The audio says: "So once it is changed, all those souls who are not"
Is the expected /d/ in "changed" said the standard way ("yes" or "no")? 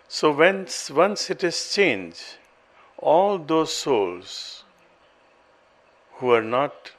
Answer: no